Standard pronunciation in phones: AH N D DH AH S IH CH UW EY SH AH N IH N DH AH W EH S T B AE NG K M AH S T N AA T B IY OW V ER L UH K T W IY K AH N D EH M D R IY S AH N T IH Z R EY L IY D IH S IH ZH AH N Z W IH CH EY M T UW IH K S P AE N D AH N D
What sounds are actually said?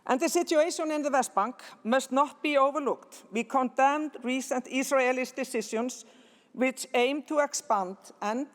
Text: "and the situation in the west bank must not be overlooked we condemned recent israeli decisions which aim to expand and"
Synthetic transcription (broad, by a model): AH N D DH AH S IH CH UW EY SH AH N IH N DH AH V EH S T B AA NG K M AH S T N AA T B IY OW V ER L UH K T W IY K AH N D EH M D R IY S AH N T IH S R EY L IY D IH S IH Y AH N S W IH CH EY M T UW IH K S P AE N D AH N